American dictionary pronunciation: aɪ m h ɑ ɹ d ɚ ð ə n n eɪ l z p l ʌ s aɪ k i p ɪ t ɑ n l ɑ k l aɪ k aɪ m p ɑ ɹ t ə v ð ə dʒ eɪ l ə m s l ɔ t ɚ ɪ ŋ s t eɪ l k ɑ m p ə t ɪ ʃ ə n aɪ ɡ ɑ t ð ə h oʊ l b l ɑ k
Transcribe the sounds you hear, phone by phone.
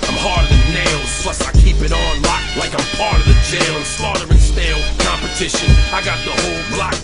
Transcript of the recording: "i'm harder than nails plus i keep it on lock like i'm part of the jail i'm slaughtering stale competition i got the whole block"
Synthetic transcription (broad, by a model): aɪ m h ɑ ɹ d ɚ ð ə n n eɪ l z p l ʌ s aɪ k i p ɪ t n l ɑ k l aɪ k aɪ m p ɑ ɹ t ə v ð ə dʒ eɪ l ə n s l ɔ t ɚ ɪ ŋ s t eɪ l k ɑ m p ə t ɪ ʃ ə n aɪ ɡ ɑ t ð ə h oʊ l b l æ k